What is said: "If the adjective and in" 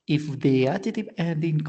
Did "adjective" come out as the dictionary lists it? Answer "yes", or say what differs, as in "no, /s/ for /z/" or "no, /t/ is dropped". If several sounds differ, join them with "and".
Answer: no, /k/ is dropped